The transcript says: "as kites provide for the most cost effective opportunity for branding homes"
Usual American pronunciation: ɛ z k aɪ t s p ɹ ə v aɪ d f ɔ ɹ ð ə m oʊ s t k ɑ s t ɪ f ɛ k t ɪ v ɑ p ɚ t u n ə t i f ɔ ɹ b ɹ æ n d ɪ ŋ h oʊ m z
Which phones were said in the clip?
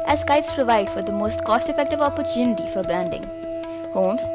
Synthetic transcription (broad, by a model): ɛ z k aɪ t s p ɹ ə v aɪ d f ɔ ɹ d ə m oʊ s t k ɑ s t ɪ f ɛ k t ɪ v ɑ p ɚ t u n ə t i f ɔ ɹ b l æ n d ɪ ŋ h oʊ m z